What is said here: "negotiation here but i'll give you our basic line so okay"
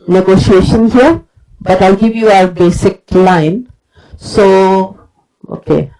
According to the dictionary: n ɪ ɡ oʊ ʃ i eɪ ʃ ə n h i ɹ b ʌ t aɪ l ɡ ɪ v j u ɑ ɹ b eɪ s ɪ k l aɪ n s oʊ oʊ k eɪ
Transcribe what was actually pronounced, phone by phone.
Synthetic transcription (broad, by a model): n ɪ ɡ oʊ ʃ i eɪ ʃ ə n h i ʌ b ʌ t aɪ l ɡ ɪ v j u ɑ ɹ b eɪ s ɪ k l aɪ n s oʊ oʊ k eɪ